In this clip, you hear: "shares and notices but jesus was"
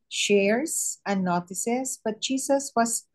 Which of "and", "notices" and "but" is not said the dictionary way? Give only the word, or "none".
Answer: notices